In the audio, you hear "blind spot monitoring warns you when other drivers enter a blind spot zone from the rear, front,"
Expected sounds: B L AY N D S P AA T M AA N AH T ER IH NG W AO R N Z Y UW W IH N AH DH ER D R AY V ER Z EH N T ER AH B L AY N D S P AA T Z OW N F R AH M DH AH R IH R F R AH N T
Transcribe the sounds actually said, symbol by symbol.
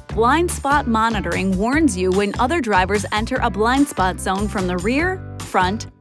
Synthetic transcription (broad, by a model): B L AY N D S P AA T M AA N AH T ER IH NG W AO R N Z Y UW W IH N AH DH ER D R AY V ER Z EH N T ER AH B L AY N D S P AA T Z OW N F R AH M DH AH R IH R F R AH N T